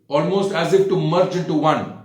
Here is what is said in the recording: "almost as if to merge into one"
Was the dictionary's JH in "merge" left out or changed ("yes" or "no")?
yes